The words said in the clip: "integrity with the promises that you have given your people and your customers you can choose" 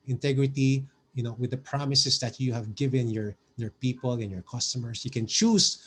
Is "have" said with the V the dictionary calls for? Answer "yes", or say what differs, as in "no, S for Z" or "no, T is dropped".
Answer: yes